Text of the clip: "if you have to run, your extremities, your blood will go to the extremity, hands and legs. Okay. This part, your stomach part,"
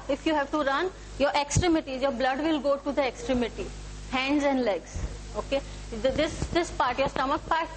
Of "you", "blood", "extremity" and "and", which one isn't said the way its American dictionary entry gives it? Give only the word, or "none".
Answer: none